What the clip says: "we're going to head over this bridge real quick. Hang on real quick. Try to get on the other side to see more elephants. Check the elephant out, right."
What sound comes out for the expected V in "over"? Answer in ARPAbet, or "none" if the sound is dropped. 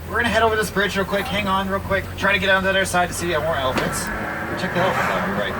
W